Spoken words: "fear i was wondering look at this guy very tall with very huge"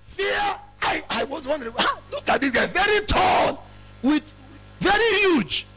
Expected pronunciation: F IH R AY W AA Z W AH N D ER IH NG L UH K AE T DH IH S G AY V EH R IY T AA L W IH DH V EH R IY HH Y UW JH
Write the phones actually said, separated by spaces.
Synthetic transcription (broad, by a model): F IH AY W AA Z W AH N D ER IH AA L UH K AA T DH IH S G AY V EH R IY T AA N W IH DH V EH R IY HH Y UW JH